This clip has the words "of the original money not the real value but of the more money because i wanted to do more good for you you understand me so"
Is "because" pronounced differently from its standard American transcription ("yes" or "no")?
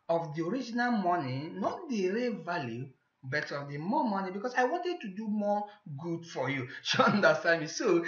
yes